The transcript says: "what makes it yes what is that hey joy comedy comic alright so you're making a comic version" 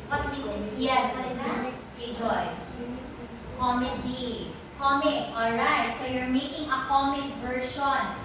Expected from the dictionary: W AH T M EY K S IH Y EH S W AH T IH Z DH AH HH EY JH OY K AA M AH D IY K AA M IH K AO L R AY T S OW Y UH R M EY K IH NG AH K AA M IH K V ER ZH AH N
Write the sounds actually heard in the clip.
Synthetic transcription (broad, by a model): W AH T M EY S Y EH S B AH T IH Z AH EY JH OY K AA M AH D IY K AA M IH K AO L R AY T S OW Y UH R M EY K IH NG AH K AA M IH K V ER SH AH N